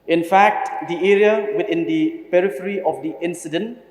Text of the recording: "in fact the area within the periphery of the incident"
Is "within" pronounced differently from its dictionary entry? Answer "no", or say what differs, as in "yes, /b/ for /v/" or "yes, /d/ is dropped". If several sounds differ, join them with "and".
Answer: yes, /t/ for /θ/